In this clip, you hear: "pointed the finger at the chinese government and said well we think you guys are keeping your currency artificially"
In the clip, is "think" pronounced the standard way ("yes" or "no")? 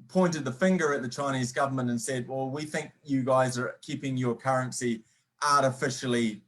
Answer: yes